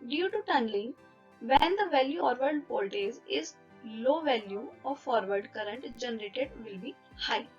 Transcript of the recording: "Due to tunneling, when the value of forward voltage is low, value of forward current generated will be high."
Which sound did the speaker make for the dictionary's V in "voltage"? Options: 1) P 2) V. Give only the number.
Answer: 1